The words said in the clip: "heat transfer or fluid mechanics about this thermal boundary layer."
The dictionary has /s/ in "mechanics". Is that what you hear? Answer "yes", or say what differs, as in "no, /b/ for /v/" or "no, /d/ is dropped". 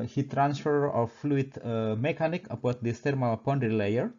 no, /s/ is dropped